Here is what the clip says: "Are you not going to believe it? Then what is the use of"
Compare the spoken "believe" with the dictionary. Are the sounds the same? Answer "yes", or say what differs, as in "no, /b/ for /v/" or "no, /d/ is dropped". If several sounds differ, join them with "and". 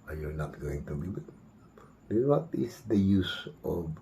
no, /b/ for /v/